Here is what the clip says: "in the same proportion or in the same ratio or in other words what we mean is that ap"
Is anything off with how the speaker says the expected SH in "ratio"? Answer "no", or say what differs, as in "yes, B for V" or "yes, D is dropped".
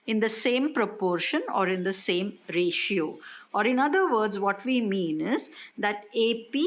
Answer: no